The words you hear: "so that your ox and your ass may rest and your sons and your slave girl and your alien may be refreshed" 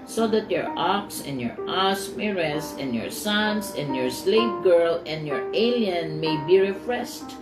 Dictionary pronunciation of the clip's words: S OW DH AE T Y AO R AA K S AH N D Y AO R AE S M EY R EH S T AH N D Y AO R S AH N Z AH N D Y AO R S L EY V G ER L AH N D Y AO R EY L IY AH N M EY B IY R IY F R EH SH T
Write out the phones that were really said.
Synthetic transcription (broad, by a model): S OW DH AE T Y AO R AA K S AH N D Y AO R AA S M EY R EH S AH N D Y AO R S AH N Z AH N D Y AO R S L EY P G ER L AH N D Y AO R EY L IY AH N M EY B IY R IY F R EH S T